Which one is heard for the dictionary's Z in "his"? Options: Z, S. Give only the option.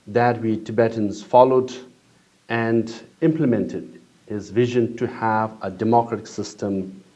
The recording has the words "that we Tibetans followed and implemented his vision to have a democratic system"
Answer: Z